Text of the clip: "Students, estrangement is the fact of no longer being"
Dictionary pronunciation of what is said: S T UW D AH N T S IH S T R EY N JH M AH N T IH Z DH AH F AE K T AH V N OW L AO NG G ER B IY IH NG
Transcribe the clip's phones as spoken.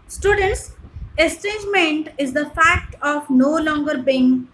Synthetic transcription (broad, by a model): S T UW D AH N T S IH S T EY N JH M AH N T IH Z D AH F AE K T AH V N OW L AO NG G ER B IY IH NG